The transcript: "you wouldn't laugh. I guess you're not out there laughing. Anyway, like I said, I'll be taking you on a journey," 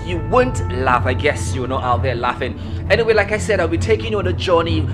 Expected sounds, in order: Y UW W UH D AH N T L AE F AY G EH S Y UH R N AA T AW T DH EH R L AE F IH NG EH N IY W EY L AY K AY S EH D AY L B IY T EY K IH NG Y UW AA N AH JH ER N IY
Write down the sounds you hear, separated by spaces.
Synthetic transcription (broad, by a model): Y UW W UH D N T L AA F AY G EH S Y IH W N AA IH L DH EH L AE F IH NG EH N IY W EY L AY K AY S EH D AY L B IY T EY K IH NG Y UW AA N AH JH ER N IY